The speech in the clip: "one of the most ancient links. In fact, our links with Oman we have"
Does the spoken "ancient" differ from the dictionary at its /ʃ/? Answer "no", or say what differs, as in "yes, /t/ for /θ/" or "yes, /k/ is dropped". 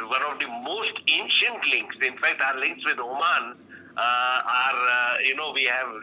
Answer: no